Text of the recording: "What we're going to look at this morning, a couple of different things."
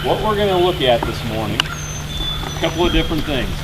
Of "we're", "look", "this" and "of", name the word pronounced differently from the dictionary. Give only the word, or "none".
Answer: none